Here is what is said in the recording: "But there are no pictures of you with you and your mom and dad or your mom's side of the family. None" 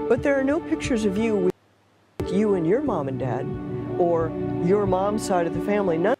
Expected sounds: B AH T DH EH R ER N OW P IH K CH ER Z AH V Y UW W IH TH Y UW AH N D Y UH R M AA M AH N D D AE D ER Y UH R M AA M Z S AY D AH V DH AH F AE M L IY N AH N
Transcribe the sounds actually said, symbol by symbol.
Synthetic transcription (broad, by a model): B AH T DH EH R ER N OW P IH K CH ER Z AH V Y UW W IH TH Y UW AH N Y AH R M AA M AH N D D AE D ER Y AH R M AA M S AY D AH V DH AH F AE M L IY N AH